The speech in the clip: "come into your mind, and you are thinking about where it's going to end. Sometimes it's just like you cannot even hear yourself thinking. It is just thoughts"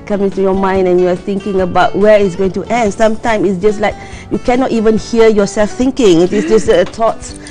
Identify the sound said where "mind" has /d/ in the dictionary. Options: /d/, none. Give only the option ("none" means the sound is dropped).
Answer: /d/